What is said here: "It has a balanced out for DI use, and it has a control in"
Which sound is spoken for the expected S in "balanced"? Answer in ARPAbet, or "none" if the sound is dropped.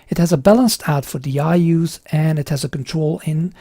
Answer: S